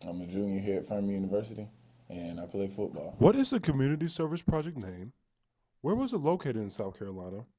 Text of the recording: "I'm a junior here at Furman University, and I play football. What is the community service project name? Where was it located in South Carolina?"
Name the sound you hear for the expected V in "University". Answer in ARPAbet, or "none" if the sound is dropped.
V